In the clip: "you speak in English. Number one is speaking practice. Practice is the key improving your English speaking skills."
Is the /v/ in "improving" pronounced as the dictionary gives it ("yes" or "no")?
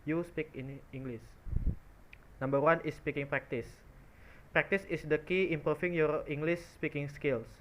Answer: no